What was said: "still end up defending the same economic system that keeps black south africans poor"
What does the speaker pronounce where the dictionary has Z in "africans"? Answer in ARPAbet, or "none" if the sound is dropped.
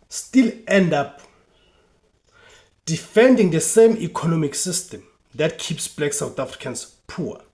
S